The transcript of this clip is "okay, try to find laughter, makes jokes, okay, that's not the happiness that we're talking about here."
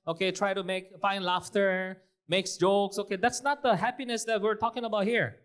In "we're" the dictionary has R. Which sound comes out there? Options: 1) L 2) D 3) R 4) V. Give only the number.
3